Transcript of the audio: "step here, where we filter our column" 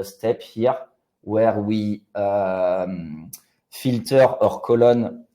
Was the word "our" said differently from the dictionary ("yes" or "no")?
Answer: no